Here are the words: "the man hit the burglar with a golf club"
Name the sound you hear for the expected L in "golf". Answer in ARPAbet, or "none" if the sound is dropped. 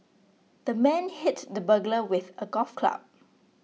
none